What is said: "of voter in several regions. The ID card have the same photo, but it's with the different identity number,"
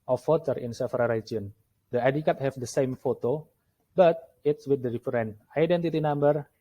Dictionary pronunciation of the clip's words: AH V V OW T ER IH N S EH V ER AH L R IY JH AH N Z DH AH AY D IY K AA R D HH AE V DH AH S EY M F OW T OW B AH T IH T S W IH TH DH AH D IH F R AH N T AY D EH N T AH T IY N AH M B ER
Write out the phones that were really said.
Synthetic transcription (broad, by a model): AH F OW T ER IH N S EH F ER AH R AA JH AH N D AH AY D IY K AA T HH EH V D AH S EY M F OW T OW B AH T IH T S W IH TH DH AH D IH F R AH N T AY D EH N T AH T IY N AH M B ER